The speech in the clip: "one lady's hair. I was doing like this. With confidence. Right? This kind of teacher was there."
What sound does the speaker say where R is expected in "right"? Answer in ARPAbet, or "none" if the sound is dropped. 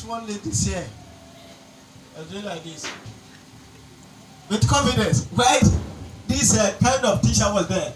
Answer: W